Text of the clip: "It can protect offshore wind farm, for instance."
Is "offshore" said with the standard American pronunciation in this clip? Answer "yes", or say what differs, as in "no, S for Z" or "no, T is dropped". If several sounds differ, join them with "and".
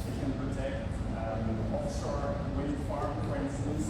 no, S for SH